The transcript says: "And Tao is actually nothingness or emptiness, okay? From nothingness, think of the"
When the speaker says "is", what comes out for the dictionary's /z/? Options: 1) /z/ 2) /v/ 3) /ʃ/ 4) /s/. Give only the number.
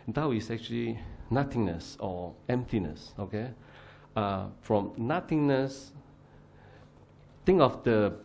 4